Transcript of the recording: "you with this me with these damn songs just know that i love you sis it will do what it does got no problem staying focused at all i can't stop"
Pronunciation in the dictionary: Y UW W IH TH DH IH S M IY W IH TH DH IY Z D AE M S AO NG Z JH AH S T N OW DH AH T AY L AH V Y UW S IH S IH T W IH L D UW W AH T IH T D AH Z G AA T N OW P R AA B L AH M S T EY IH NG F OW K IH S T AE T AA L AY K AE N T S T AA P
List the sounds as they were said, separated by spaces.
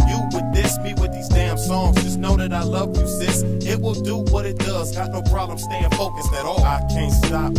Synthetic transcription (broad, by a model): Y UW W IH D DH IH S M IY W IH DH IY Z D AE M S AO NG Z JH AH S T N OW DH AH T AY L AH V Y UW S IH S IH T W IH L D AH W AH T IH T D AH Z G AA T N OW P R AA B L AH M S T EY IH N F OW K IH S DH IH T AA L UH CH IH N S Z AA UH